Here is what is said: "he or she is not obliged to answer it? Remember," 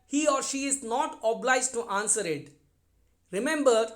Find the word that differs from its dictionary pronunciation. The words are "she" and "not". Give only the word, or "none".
none